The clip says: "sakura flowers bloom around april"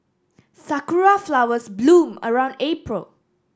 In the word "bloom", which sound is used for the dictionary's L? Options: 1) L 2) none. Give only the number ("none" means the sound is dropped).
1